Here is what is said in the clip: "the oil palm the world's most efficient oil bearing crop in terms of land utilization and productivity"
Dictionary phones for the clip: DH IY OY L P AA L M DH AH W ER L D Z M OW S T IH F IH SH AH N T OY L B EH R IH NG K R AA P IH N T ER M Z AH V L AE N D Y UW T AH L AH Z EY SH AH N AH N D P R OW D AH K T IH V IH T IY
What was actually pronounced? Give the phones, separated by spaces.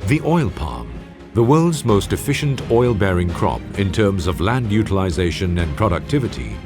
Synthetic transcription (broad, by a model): DH IY OY L P AA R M DH AH W ER L D Z M OW S T IH F IH SH AH N T OY L B EH R IH NG K R AA P IH N T ER M Z AH V L AE N D Y UW T AH L AH Z EY SH AH N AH N P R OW D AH K T IH V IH T IY